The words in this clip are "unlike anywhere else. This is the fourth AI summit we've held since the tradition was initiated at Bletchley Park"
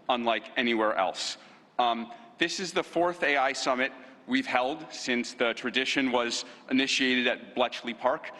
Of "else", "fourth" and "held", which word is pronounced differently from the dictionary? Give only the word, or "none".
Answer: none